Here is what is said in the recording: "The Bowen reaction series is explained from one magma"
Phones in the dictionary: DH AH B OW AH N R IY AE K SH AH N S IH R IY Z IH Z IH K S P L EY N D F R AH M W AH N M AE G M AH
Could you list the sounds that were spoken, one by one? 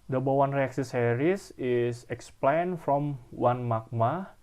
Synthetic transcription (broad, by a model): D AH B OW AH N R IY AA K S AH S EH R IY S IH S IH K S P L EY N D F R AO M W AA N M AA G M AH